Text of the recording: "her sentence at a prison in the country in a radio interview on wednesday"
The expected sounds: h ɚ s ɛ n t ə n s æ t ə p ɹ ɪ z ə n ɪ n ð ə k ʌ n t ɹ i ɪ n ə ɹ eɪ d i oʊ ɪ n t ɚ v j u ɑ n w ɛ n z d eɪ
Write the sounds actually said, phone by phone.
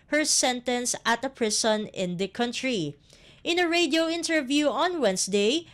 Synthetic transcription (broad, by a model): h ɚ s ɛ n t ə n s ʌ t ə p ɹ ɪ s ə n ɪ n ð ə k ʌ n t ɹ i ɪ n ə ɹ eɪ d i oʊ ɪ n t ɚ v j u ɑ n w ɛ n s d eɪ